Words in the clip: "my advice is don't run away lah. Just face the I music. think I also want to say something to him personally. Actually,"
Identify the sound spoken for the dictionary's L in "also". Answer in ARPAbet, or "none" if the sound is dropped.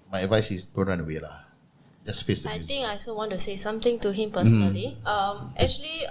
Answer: none